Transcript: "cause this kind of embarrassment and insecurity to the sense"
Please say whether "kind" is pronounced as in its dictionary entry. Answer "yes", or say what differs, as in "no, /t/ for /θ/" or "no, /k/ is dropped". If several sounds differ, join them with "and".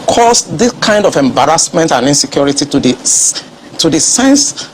yes